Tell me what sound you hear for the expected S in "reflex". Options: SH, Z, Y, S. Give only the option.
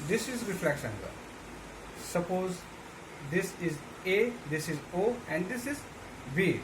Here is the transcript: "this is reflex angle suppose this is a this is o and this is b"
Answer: SH